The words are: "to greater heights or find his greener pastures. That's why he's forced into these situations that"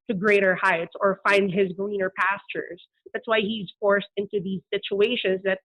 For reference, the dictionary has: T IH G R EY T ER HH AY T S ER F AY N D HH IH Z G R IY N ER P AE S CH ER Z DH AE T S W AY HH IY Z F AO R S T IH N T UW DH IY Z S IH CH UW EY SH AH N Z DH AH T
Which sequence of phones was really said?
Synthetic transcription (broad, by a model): T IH G R EY T ER HH AY T S ER F AY N D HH IH Z G R IY N ER P AE S CH ER Z DH AE T S W AY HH IY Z F AO R S T IH N T UW DH IY Z S IH CH UW EY SH AH N Z DH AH T